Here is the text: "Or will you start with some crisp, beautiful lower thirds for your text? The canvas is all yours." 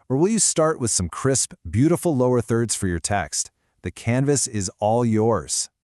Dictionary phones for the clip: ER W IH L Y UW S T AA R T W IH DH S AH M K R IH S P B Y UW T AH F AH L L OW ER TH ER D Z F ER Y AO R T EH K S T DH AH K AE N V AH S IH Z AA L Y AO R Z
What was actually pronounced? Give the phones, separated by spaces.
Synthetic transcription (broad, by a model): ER W IH L Y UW S T AA R T W IH DH S AH M K R IH S P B Y UW T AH F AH L L OW ER TH ER D Z F ER Y AO R T EH K S T DH AH K AE N V AH S IH Z AA L Y AO R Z